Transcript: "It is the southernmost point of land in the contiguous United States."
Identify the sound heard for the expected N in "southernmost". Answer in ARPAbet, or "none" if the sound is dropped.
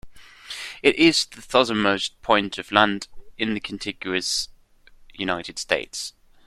none